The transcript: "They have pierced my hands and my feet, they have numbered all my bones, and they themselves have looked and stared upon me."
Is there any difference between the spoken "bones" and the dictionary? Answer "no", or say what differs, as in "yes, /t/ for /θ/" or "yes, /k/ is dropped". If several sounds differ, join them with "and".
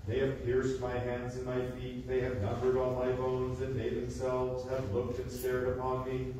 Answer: no